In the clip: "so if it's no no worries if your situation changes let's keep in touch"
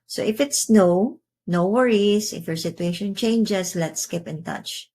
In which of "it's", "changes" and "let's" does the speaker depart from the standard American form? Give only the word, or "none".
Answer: changes